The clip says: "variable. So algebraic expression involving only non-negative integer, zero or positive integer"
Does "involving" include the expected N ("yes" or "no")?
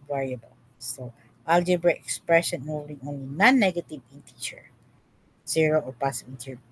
no